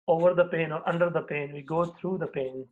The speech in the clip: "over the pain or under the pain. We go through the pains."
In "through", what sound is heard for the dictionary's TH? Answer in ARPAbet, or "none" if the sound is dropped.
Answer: T